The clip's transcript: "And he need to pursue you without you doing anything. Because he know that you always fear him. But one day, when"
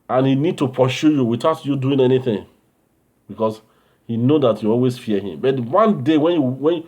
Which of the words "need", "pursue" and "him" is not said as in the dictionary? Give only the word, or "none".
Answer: pursue